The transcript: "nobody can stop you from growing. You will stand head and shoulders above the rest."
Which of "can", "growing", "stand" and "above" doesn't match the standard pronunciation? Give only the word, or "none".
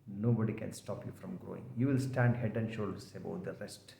above